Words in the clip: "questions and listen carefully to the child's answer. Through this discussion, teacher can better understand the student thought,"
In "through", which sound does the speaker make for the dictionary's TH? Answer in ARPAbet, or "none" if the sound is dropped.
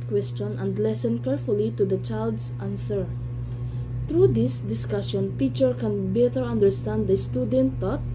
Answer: T